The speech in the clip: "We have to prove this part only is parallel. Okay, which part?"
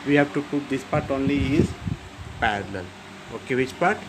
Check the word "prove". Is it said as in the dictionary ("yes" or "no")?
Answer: no